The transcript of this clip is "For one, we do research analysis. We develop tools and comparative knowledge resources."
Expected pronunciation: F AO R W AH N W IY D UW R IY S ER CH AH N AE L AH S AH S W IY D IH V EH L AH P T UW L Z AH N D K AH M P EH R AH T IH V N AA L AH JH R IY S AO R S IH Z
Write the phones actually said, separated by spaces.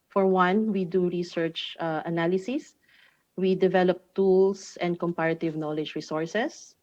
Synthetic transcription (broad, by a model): F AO R W AH N W IY D UW R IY S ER CH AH N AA L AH S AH S W IY D IH V EH L AH P T UW L S AH N D K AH M P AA R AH T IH V N AA L AH JH R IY S AO R S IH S